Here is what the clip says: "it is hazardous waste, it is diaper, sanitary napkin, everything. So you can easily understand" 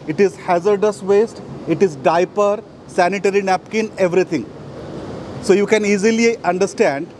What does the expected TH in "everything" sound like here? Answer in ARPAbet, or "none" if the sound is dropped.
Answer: T